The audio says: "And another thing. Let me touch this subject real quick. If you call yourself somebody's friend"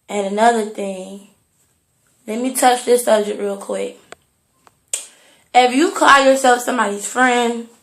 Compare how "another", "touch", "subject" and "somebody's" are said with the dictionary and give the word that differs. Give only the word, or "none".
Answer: subject